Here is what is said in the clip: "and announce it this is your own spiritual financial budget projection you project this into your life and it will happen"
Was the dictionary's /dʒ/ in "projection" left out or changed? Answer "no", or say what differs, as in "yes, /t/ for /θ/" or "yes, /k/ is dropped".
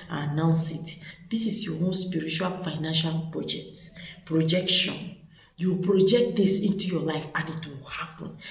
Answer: no